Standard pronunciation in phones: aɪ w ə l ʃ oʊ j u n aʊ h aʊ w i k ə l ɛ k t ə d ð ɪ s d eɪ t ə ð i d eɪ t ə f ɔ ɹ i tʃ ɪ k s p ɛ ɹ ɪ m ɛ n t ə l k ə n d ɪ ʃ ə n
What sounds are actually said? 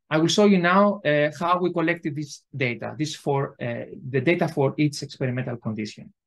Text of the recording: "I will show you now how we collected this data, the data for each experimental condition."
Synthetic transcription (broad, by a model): aɪ w ə l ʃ oʊ j u n aʊ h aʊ w i k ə l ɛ k t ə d ð ɪ s d eɪ t ə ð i d eɪ t ə f ɔ ɹ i s ɪ k s p ɛ ɹ ɪ m ɛ n t ə l k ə n d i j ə n